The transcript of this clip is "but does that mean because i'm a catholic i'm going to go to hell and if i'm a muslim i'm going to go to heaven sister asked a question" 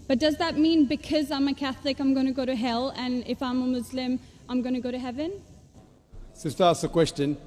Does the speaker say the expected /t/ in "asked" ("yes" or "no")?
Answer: no